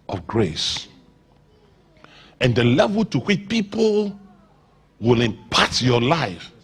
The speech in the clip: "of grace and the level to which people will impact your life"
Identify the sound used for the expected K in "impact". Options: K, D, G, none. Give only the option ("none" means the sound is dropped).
none